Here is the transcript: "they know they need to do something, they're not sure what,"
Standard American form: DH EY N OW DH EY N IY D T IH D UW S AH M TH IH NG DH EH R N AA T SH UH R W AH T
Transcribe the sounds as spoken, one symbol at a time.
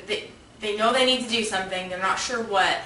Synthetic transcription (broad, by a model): DH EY N OW DH EY N IY D T IH D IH S AH M TH IH NG DH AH R N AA T SH UH R W AH T